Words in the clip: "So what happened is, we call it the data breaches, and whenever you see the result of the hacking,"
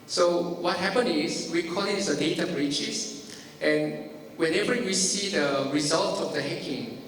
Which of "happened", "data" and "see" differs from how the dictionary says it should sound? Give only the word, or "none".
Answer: happened